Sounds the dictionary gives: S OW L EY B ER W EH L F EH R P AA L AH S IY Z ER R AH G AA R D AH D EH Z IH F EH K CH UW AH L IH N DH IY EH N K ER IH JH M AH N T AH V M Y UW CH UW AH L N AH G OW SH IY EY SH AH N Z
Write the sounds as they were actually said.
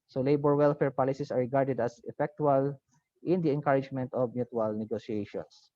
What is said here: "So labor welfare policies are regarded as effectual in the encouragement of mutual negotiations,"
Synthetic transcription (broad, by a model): S OW L EY B ER W EH L F EH R P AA L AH S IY S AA R AH G AA R D AH D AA S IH F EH K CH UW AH L IH N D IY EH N K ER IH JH M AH N T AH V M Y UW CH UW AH L N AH G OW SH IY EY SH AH N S